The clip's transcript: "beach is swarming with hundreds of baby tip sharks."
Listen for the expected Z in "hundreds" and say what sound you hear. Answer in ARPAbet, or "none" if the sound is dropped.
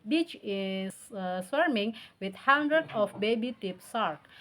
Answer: none